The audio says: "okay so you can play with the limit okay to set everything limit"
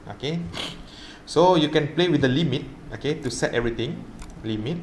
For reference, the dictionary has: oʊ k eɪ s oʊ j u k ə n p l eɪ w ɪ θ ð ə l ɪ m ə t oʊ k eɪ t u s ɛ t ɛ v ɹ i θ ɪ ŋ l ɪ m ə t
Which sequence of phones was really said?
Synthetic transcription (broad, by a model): oʊ k eɪ s oʊ j u k ə n p l eɪ w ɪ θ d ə l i m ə t oʊ k eɪ t u s ɛ t ɛ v ɹ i t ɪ ŋ l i m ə t